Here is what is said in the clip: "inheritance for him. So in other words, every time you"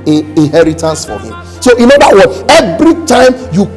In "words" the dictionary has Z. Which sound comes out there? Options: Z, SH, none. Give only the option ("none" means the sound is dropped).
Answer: none